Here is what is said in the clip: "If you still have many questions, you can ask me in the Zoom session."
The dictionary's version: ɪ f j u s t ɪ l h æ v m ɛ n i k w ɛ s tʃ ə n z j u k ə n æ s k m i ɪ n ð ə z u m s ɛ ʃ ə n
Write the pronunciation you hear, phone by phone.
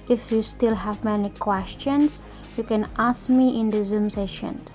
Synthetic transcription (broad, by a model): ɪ f j u s t ɪ l h æ v m ɛ n i k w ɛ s tʃ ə n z j u k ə n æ s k m i ɪ n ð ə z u m s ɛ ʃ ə n